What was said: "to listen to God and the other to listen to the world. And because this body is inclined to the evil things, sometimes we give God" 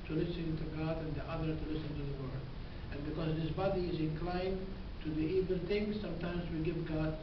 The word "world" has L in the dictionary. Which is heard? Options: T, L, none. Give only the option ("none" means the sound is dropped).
none